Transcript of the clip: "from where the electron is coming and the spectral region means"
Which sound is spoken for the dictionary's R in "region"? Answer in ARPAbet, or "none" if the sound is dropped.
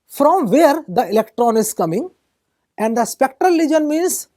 L